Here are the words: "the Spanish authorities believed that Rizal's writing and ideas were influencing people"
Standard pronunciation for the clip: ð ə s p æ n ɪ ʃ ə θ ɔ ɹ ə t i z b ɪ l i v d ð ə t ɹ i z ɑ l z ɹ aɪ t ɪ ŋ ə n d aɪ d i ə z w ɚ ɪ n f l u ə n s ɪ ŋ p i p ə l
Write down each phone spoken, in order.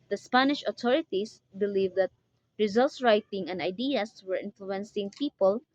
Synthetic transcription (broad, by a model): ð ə s p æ n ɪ ʃ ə t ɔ ɹ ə t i s b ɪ l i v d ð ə t ɹ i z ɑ l s ɹ aɪ t ɪ ŋ ə n d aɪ d i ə s w ɚ ɪ n f l u ə n s ɪ ŋ p i p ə l